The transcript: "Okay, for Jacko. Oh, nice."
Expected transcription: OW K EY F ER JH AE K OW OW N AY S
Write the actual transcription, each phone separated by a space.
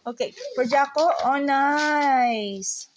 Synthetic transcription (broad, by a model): OW K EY P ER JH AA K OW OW N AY S